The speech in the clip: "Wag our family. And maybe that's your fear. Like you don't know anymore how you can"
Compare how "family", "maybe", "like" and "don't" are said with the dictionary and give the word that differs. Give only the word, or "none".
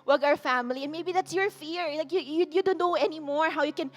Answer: none